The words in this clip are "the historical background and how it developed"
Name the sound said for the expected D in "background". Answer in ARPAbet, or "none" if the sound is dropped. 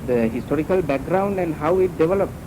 D